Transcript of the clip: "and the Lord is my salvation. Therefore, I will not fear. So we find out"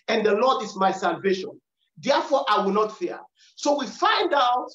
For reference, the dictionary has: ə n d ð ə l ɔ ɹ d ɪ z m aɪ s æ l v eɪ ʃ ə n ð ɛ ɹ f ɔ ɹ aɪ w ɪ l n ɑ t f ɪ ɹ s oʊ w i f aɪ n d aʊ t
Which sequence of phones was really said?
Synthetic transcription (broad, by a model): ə n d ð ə l ɔ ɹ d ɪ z m aɪ s æ l v eɪ ʃ ə n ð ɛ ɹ f ɔ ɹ aɪ w ɪ l n ɑ t f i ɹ s oʊ w i f aɪ n d aʊ t